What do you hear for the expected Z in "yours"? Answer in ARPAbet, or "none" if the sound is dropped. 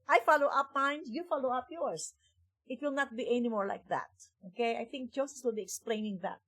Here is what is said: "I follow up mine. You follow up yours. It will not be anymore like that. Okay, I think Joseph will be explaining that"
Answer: S